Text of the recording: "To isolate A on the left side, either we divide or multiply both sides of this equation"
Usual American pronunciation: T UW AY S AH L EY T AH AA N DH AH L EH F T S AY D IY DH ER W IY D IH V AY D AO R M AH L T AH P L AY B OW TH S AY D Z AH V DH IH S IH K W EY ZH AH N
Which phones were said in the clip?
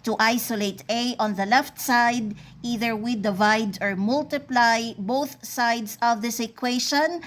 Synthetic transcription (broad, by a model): T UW AY S AH L EY T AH AA N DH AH L EH F T S AY D IY DH ER W IY D IH V AY D AO R M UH L T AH P L AY B OW TH S AY D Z AH V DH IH S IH K W EY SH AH N